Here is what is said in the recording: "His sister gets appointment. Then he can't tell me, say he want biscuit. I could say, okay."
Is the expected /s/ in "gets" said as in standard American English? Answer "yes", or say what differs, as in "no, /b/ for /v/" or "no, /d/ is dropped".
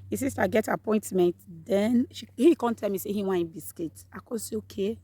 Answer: no, /s/ is dropped